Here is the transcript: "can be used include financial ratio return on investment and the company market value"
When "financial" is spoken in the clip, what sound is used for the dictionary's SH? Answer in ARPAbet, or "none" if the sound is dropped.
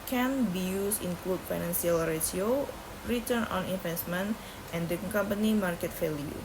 S